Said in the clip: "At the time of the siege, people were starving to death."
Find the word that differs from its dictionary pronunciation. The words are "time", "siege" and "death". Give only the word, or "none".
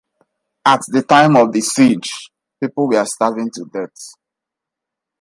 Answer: death